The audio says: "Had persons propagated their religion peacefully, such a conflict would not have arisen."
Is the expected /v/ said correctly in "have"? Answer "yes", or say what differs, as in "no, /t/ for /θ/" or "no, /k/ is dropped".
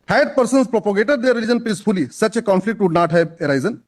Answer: no, /b/ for /v/